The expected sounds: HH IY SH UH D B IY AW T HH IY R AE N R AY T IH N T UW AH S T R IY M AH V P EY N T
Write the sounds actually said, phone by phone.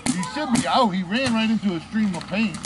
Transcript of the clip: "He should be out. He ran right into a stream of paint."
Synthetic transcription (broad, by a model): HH IY S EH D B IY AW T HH IY R AE N R AY T IH N T UW AH S T R IY M AH V P EY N